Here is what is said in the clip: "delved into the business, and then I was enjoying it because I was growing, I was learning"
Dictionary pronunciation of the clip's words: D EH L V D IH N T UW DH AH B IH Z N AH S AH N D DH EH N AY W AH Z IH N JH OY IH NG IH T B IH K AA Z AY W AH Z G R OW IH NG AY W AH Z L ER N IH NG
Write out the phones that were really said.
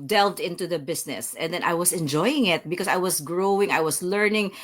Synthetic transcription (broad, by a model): D EH L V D IH N T UW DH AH B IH S N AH S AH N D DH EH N AY W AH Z IH N JH OY IH NG IH T B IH K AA S AY W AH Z G R OW IH NG AY W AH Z L ER N IH NG